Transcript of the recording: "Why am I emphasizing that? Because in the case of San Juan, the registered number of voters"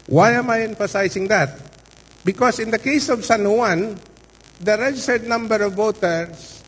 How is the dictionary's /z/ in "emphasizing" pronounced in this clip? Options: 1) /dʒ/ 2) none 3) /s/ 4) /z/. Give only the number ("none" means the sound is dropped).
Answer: 3